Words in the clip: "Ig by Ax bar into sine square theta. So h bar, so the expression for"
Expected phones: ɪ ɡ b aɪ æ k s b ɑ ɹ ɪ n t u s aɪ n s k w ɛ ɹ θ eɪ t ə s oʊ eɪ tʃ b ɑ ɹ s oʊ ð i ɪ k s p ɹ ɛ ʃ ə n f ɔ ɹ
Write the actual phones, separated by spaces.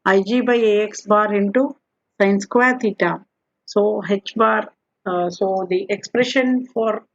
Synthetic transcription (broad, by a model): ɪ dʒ b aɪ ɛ k s b ɑ ɹ ɪ n t u s aɪ n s k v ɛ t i t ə s oʊ eɪ tʃ b ɑ ɹ s oʊ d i ɪ k s p ɹ ɛ ʃ ə n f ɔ ɹ